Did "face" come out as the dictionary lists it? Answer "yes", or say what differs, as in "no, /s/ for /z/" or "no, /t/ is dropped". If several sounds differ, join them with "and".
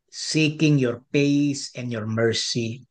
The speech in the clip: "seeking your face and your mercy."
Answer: no, /p/ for /f/